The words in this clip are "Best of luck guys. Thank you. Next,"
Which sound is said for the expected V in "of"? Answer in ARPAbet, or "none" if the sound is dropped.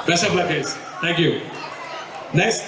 B